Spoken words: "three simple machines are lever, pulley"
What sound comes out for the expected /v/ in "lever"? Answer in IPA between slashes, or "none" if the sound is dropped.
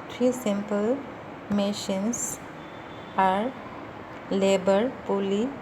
/b/